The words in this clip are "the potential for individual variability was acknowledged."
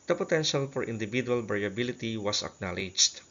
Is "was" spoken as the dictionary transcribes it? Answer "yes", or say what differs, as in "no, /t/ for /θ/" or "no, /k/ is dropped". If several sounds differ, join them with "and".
no, /s/ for /z/